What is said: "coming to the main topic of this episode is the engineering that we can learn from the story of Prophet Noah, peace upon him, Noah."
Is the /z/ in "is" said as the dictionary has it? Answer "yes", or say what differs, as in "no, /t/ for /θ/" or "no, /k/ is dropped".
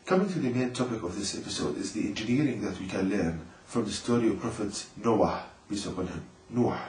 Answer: yes